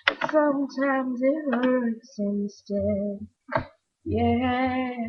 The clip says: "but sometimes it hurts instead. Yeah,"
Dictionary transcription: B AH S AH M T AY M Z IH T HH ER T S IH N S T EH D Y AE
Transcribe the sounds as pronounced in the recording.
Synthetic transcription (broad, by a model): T S AH M T AY M Z IH T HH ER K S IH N S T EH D Y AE